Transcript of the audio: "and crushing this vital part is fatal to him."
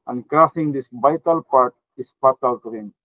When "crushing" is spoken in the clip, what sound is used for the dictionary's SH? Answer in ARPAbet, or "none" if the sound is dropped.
S